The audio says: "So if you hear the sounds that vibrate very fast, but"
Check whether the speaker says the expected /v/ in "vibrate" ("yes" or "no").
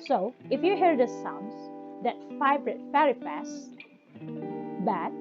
no